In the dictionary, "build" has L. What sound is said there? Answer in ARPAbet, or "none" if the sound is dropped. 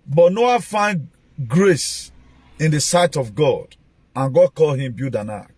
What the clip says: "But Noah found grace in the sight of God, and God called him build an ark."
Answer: none